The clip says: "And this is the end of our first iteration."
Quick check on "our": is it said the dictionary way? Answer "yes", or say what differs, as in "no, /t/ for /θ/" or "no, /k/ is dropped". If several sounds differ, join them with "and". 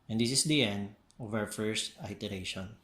no, /w/ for /ɹ/